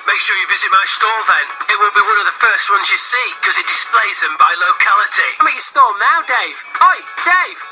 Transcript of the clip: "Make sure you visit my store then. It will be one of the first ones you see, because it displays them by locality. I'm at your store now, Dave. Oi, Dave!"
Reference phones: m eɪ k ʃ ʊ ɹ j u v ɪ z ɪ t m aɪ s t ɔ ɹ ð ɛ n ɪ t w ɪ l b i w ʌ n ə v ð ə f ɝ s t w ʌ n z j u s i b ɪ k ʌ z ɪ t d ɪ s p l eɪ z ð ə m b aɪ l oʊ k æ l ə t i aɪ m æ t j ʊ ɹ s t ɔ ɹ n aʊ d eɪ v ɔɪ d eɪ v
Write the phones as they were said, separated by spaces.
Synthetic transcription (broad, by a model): m eɪ k ʃ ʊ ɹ j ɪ v ɪ z ɪ t m aɪ s t ɔ l ð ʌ n ɪ t w ɪ l b i w ʌ n ə v ð ə f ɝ s t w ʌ n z j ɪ s i k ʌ z ɪ t d ɪ s p l eɪ z ð ə m b aɪ l oʊ k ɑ l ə t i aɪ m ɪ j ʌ s t ɔ l n aʊ d eɪ v ɔɪ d eɪ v